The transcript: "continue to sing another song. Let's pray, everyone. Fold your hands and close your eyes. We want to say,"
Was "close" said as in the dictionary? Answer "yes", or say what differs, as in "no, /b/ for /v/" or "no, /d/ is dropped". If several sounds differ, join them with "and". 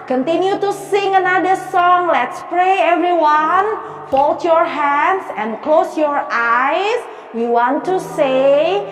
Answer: yes